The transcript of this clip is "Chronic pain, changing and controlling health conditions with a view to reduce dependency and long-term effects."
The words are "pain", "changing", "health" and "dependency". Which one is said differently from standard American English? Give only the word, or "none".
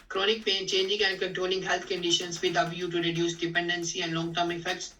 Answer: health